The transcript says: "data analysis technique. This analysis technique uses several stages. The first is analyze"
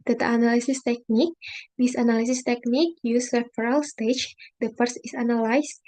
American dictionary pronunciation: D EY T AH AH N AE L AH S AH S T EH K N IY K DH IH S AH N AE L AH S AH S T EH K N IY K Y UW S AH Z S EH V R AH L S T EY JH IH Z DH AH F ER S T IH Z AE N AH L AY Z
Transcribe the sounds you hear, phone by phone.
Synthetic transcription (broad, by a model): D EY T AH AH N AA L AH S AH S T EH K N IY K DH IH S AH N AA L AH S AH S T EH K N IY K Y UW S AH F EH R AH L S T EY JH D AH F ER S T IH S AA N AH L AY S